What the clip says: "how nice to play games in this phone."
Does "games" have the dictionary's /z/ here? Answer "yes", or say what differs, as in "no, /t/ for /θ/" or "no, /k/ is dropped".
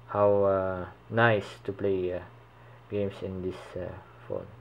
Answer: no, /s/ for /z/